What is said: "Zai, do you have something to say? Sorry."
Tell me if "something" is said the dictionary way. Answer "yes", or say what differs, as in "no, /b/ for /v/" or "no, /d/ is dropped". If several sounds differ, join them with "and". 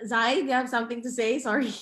yes